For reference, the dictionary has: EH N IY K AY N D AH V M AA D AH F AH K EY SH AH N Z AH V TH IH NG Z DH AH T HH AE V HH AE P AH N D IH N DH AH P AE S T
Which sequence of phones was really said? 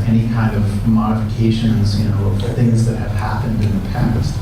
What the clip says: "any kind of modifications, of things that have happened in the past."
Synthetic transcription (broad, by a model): EH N IY K AY N D AH V M AA D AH F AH K EY SH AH N Z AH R TH IH NG Z DH AH T HH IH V HH AE P AH N D IH N DH AH P AE S T